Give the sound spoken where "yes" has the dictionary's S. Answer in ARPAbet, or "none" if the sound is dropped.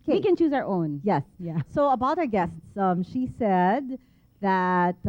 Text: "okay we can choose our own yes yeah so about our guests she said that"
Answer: S